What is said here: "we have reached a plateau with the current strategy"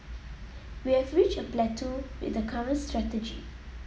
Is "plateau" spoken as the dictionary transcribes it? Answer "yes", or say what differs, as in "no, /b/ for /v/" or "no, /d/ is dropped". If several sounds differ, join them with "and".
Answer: yes